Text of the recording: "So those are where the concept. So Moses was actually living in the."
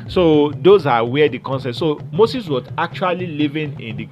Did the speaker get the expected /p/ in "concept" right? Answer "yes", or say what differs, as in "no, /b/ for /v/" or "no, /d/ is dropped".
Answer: no, /p/ is dropped